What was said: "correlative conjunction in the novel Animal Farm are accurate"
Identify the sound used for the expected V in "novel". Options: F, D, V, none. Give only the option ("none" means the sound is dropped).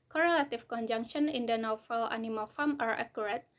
F